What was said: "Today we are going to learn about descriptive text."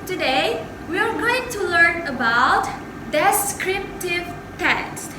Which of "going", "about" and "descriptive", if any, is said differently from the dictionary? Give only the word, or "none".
none